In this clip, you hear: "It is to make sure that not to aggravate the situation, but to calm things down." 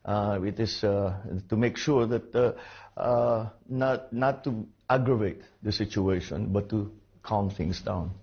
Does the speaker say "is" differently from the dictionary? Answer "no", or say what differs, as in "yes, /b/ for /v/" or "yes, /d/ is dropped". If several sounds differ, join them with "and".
yes, /s/ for /z/